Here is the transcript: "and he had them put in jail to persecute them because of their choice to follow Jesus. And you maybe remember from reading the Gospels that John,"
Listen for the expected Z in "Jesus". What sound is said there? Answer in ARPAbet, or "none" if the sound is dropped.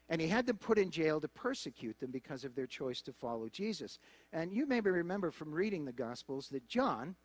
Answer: Z